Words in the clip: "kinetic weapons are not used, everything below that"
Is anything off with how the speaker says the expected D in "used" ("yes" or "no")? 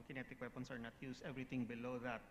yes